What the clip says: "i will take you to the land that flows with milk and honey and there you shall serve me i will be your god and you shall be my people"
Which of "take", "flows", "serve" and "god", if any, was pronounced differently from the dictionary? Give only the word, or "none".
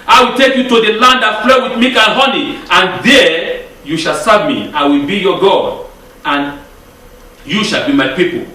flows